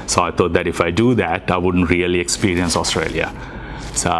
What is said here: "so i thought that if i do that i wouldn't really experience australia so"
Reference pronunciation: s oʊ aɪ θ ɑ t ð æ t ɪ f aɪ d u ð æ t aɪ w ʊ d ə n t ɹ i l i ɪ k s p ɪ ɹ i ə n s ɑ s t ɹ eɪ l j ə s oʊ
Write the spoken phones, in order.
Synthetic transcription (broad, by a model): s oʊ aɪ t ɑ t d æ t ɪ f aɪ d u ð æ t aɪ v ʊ d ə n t ɹ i l i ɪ k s p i ɹ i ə n s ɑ s t ɹ eɪ l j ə s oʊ